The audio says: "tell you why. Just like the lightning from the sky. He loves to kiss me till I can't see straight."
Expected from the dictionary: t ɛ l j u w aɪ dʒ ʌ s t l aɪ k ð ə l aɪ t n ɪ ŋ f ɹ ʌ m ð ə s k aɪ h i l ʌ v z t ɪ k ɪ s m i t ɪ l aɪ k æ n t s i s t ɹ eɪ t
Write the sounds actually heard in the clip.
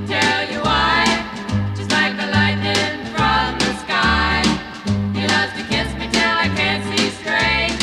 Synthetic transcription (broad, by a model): t ɛ l j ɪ w aɪ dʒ ʌ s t l aɪ k ð ə l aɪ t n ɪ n f ɹ ʌ m ð ə s k aɪ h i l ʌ z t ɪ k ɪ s m i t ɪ aɪ k æ n t s i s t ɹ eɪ